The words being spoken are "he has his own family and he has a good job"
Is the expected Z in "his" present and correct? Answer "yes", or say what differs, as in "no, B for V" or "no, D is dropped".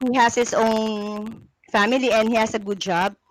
no, S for Z